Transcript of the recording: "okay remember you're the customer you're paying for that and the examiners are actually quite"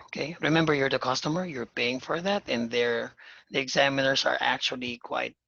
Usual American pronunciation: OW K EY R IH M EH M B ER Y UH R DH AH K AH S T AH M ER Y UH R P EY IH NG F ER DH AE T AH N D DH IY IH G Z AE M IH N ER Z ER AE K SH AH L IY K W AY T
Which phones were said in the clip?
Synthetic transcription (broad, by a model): OW K EY R IH M EH M B ER Y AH R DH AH K AH S T AH M ER Y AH R P EY IH NG F ER DH AE T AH N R DH IY IH G Z AE M IH N ER Z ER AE K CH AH L IY K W AY T